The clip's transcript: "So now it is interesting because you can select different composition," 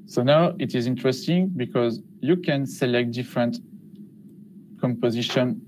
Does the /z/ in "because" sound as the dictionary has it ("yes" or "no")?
yes